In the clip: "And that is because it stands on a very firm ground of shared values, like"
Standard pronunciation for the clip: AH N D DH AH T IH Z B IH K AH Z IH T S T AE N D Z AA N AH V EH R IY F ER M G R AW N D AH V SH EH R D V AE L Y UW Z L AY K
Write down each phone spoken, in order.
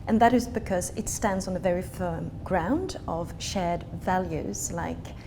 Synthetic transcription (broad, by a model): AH N DH AH T IH Z B IH K AH Z IH T S T AE N D Z N AH V EH R IY F ER M G R AW N D AH V SH EH R D V AE L Y UW Z L AY K